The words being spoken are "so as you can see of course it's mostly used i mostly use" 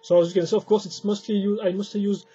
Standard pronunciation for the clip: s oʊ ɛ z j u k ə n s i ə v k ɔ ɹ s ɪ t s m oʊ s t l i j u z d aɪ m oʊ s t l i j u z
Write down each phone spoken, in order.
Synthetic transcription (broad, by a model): s oʊ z j u k ə n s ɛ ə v k ɔ ɹ s ɪ t s m oʊ s t l i j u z aɪ m oʊ s t l i j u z